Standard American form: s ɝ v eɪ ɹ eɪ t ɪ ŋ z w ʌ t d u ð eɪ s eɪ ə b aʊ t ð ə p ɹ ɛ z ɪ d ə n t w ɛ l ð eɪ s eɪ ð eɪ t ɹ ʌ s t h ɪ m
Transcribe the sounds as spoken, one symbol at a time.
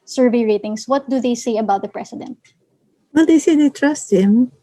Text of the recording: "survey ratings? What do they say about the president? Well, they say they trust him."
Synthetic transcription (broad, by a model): s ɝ v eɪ ɹ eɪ t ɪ ŋ s w ʌ t d u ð eɪ s eɪ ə b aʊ t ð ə p ɹ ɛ s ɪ d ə n t w ɛ l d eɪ s eɪ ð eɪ t ɹ ʌ s t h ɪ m